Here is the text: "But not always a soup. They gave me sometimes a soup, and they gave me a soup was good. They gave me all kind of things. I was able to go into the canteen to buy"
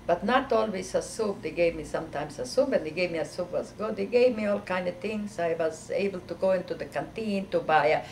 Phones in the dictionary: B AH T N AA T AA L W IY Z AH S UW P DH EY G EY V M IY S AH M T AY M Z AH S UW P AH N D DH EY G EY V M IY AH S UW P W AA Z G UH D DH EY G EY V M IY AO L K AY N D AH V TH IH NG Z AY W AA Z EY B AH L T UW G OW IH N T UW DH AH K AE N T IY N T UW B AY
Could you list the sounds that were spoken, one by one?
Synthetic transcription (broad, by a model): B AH T N AA T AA L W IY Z AH S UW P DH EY G EY V M IY S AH M T AY M S AH S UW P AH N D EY G EY V M IY AH S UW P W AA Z G UH D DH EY G EY V M IY AO L K AY N D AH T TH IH NG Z AY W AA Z EY B AH L T UW G OW IH N T UW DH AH K AE N T IY N T UW B AY